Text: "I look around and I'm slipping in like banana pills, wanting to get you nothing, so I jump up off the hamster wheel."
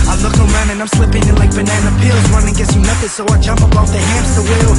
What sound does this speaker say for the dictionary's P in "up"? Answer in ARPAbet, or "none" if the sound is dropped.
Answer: B